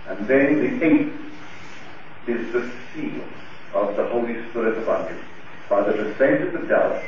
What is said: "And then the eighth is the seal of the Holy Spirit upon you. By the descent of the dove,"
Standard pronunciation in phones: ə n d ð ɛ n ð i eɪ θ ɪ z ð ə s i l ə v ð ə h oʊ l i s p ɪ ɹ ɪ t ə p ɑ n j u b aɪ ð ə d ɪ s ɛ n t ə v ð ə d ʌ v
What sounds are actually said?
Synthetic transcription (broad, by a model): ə n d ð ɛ n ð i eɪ t ɪ z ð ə s i l ə v ð ə h oʊ l i s p ɪ ɹ ɪ t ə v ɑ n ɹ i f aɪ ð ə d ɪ s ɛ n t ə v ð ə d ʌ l